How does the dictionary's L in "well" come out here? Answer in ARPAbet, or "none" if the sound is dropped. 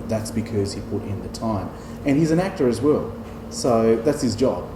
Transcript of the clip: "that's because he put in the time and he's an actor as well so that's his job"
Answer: L